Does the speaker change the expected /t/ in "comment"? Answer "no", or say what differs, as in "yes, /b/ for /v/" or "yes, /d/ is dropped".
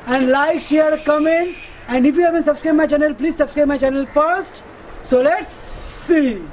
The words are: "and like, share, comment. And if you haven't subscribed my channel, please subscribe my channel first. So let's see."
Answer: yes, /t/ is dropped